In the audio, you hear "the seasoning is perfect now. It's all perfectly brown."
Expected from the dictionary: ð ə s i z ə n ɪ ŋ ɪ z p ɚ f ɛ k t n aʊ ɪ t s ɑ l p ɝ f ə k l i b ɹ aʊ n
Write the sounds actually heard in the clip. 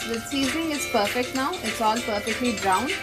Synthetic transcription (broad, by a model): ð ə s i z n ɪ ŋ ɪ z p ɚ f ɛ k t n aʊ ɪ t s ɑ l p ɝ f ə k l i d ɹ aʊ n